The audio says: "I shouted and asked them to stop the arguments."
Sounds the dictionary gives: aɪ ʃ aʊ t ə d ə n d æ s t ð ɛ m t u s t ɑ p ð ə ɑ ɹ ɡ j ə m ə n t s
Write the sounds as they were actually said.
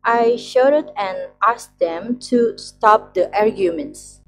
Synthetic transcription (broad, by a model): aɪ ʃ aʊ t ə d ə n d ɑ s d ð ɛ m t u s t ɑ p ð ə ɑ ɹ ɡ j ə m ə n t s